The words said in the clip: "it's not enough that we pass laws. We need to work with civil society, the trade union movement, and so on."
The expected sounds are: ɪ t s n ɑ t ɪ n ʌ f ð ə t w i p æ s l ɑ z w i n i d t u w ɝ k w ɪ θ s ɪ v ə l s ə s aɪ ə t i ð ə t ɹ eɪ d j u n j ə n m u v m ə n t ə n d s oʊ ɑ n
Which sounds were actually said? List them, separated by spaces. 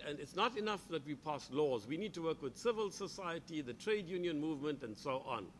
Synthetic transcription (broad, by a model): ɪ t s n ɑ t ɪ n ʌ f ð ə t w i p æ s l ɑ z w i n i d t u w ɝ k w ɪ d s ɪ v ə l s ə s aɪ ə t i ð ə t ɹ eɪ d j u n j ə n m u v m ə n t ə n d s oʊ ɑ n